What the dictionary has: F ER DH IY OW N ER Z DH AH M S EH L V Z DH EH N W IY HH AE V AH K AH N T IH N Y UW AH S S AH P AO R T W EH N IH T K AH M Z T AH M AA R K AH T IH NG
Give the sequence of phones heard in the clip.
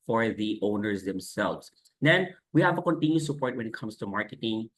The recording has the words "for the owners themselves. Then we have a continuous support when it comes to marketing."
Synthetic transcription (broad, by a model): F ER DH IY OW N ER Z DH AH M S EH L V Z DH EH N W IY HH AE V AH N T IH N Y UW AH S S AH P AO R T W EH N IH T K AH M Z T AH M AA R K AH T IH NG